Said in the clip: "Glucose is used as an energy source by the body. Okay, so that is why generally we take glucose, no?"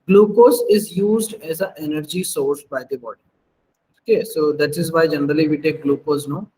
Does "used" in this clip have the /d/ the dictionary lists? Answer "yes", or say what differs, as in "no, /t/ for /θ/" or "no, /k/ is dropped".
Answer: yes